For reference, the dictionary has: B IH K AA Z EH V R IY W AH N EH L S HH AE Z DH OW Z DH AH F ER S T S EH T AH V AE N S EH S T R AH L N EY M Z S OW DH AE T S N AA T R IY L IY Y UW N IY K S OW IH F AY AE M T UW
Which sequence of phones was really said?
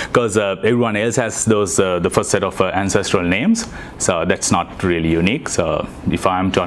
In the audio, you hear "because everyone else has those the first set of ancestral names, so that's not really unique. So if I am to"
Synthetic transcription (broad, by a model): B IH K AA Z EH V R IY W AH N EH L S HH AE Z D OW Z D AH F ER S T S EH T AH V AE N S EH S T R AH L N EY M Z S OW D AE T S N AA T R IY L IY Y UW N IY K S OW IH F AY M T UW